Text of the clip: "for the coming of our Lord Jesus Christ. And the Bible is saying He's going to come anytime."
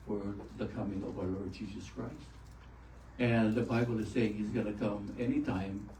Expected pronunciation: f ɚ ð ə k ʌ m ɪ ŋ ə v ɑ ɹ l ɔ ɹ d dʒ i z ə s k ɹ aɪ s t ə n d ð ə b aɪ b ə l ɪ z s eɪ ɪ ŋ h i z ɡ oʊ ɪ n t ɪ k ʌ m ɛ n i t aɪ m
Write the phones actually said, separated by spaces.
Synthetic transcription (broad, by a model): f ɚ ð ə k ʌ m ɪ ŋ ə v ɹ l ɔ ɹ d dʒ i z ə s k ɹ aɪ s t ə n ð ə b aɪ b l ɪ z s eɪ ɪ ŋ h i z ɡ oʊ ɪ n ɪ k ʌ m ɛ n i t aɪ m